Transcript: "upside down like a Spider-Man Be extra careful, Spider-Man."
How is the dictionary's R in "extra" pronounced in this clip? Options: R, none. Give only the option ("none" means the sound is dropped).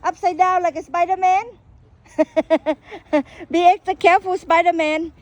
none